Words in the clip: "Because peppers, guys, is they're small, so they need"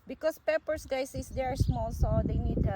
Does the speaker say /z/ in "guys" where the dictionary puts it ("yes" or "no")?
no